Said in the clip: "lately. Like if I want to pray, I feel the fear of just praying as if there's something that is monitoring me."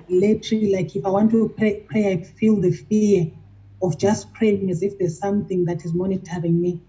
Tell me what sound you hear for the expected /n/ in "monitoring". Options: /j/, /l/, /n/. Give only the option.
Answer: /n/